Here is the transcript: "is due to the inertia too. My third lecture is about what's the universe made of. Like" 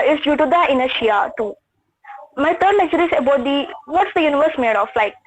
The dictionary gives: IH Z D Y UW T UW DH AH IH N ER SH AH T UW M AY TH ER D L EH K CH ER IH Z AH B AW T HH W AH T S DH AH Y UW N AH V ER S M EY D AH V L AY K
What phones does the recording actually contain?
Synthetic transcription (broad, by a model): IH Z D Y UW T UW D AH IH N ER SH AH T UW M AY T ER D N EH CH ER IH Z AH B AW T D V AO T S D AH Y UW N AH V ER S M EY D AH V L AY K